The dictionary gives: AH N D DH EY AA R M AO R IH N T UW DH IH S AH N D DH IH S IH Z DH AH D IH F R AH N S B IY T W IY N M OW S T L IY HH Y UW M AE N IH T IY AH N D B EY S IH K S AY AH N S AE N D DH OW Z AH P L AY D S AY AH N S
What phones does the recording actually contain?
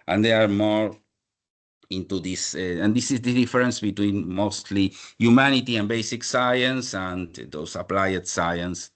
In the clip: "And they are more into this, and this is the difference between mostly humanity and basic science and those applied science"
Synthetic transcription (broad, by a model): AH N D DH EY AA R M AO R IH N T UW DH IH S AH N D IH S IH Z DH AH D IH F R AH N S B IY T W IY N M OW S T L IY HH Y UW M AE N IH T IY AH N B EY S IH K S AY AH N S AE N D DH OW S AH P L AY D S AY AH N S